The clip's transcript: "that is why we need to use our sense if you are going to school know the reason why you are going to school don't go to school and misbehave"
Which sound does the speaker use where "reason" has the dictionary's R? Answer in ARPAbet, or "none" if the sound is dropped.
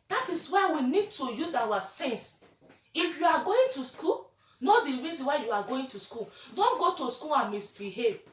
R